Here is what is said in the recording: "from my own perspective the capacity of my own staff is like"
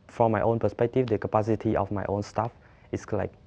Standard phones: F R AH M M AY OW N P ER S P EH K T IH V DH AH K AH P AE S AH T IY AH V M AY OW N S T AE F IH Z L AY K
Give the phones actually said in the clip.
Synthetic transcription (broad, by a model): F R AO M M AY OW N P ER S P EH K T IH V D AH K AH P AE S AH T IY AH F M AY OW N S T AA F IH S L AY K